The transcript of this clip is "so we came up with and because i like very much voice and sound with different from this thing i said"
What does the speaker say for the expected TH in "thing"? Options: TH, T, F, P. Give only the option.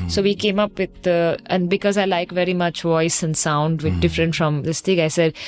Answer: T